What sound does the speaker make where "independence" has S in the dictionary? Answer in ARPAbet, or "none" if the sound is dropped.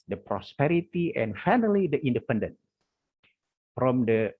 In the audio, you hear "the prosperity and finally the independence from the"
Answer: none